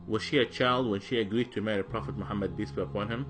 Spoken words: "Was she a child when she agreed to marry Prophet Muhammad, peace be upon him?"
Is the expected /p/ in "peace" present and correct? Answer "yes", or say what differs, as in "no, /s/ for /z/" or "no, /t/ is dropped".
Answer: no, /b/ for /p/